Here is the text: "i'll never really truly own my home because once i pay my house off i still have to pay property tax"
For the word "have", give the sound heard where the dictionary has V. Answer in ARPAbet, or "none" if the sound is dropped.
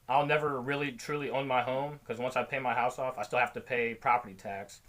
F